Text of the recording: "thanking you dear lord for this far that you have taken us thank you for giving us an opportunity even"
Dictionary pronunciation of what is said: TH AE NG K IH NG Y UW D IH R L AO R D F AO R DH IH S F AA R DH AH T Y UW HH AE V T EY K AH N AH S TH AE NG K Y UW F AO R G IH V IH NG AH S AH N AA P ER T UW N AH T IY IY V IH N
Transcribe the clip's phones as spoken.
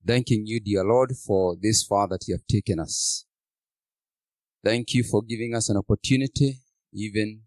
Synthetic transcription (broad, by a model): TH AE NG K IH NG Y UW D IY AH L AO R D F AO R DH IH S F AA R DH AH T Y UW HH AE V T EY K AH N AH S TH AE NG K Y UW F AO R G IH V IH NG AH S AH N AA P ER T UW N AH T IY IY V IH N